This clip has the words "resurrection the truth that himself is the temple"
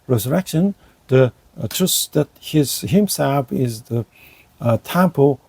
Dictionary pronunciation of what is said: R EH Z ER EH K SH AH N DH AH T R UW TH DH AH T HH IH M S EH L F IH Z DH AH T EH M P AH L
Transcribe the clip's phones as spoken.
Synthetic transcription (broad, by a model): R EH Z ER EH K SH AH N DH AH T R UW S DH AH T HH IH M S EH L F IH Z DH AH T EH M P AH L